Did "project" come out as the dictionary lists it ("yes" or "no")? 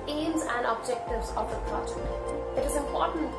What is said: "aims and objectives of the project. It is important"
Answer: no